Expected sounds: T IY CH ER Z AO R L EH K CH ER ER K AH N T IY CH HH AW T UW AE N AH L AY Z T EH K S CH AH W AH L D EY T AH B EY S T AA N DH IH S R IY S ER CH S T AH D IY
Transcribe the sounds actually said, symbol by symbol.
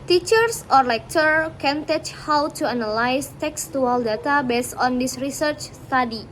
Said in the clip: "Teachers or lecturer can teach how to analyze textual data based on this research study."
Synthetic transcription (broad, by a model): T IY CH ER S AO R L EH K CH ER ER K AH N T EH CH HH AW T UW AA N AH L AY S T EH K S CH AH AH L D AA T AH B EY S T AA N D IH S R IY S ER CH S T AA D IY